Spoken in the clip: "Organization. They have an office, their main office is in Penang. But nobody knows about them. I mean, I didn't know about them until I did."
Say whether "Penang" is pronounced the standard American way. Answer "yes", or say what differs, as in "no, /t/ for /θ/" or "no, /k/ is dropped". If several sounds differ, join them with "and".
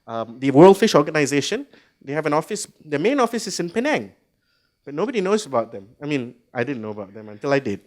yes